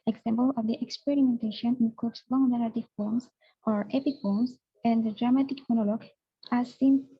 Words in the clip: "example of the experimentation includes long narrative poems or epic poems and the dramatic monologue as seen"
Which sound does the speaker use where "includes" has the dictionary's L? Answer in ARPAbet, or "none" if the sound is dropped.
none